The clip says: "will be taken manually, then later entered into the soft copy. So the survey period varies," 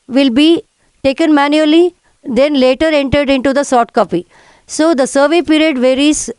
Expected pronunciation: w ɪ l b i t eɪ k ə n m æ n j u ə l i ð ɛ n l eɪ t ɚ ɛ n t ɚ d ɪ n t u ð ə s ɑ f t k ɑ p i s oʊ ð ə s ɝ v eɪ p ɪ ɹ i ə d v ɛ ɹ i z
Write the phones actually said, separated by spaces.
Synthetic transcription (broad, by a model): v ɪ l b i t eɪ k ə n m æ n j u ə l i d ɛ n l eɪ t ɚ ɛ n t ɚ d ɪ n t u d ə s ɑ t k ɑ p i s oʊ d ə s ɝ v eɪ p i ɹ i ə d v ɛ ɹ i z